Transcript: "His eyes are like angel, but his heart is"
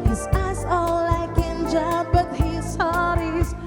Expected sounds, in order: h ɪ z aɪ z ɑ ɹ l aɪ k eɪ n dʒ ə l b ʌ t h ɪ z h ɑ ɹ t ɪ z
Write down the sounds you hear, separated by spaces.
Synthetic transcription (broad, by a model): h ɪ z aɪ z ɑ l l aɪ k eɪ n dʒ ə b ʌ t h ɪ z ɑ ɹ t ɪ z